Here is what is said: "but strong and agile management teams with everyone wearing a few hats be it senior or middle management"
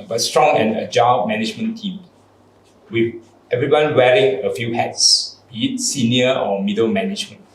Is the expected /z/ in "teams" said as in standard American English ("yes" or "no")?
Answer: no